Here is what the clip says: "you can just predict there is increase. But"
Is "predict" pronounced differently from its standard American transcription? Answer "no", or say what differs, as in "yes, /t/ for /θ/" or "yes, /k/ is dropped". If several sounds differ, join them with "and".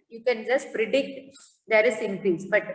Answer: no